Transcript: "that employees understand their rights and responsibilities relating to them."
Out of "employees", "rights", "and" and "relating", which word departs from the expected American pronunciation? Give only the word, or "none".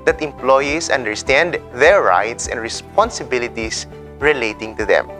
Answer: employees